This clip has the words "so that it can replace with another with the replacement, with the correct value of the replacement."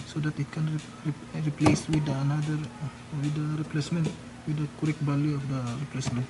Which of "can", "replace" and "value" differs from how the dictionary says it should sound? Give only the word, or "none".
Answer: value